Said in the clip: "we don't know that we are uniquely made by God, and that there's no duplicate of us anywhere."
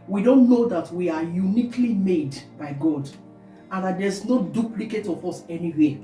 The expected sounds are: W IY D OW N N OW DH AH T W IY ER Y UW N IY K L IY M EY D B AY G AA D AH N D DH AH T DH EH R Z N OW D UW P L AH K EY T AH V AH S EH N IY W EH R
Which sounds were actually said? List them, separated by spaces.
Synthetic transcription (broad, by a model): W IY D OW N N OW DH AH T W IY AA Y UW N IY K L IY M EY D B AY G AA D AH N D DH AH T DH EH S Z N OW D UW P L AH K EY T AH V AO S EH N IY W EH